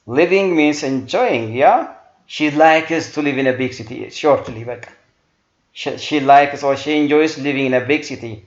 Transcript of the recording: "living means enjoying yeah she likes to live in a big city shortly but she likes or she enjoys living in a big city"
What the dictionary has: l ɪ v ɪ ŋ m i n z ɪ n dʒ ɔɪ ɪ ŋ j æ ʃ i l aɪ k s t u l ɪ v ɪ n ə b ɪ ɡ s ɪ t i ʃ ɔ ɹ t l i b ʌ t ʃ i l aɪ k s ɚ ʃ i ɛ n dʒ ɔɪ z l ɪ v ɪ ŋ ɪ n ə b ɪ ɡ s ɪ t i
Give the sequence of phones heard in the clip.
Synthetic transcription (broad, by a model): l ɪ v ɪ ŋ m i n s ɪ n dʒ ɔɪ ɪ ŋ j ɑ ʃ i l aɪ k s t u l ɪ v ɪ n ə b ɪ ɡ s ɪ t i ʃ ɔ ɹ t l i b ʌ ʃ ʃ i l aɪ k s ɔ ʃ i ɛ n dʒ ɔɪ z l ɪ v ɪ ŋ ɪ n ə b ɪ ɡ s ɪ t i